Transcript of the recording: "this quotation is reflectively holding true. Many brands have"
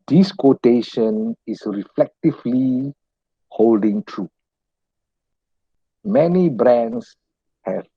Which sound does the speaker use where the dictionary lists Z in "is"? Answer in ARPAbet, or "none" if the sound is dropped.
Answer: S